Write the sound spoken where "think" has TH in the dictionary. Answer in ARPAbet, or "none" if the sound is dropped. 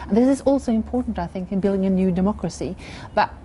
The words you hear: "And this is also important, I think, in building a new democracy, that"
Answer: TH